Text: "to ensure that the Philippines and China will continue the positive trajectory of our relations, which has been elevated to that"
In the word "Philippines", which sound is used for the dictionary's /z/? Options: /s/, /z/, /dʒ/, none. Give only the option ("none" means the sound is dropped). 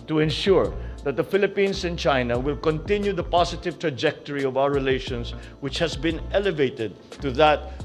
/s/